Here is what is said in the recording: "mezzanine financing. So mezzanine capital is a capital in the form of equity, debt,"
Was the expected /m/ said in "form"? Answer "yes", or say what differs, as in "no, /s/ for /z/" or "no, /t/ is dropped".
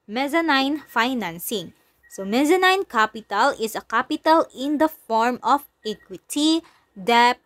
yes